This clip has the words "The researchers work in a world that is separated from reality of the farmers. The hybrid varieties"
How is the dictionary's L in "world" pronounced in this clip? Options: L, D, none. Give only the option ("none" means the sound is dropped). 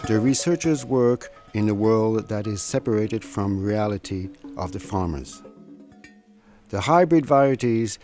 L